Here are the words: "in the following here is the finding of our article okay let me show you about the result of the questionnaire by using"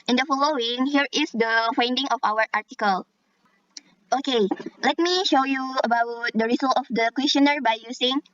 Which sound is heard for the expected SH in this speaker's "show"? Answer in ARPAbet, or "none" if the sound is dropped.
SH